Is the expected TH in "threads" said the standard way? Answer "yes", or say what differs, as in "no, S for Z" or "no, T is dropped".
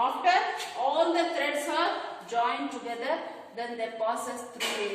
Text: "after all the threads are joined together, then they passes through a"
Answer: no, T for TH